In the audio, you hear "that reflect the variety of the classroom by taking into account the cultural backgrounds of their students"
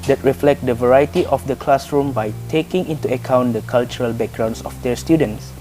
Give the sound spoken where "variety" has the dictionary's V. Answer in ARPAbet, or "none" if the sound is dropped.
V